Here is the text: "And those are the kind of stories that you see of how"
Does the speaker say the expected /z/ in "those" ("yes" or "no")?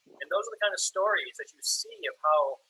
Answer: yes